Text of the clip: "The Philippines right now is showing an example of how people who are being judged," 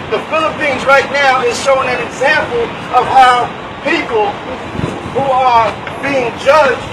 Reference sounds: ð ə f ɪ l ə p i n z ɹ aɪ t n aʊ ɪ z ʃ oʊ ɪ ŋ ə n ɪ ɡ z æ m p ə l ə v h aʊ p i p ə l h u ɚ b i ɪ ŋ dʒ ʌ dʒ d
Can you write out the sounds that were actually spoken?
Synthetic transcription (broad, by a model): ð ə f ɪ l ə p i n z ɹ aɪ t n aʊ ɪ z ʃ oʊ ɪ ŋ ə n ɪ ɡ z æ m p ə l ə v aʊ p i p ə l h u ɚ b i ɪ ŋ dʒ ʌ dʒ